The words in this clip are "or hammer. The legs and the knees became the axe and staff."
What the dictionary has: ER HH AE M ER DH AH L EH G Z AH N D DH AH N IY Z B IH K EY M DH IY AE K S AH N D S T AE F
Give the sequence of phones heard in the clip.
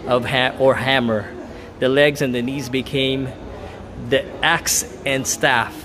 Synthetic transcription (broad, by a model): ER HH AE M ER DH AH L EH G Z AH N DH AH N IY Z B IH K EY M DH IY AE K S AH N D S T AE F